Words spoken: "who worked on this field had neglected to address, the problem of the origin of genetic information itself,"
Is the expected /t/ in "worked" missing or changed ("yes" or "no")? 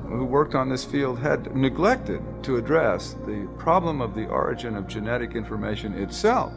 no